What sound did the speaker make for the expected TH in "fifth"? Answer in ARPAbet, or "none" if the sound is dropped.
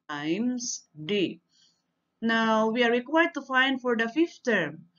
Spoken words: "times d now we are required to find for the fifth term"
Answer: F